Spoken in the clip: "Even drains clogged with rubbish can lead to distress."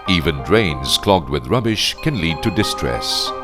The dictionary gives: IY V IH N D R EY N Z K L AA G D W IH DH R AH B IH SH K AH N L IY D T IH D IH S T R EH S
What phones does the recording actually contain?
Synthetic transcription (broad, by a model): IY V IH N D R EY N Z K L AA G D W IH DH R AH B IH SH K AH N L IY D T IH D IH S T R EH S